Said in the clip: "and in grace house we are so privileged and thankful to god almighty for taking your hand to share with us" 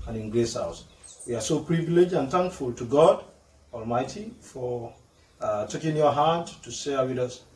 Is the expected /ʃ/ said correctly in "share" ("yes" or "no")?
no